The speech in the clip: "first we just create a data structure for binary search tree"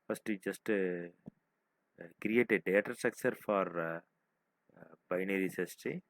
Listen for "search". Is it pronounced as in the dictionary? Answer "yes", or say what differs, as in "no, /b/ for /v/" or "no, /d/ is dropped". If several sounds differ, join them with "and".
no, /s/ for /tʃ/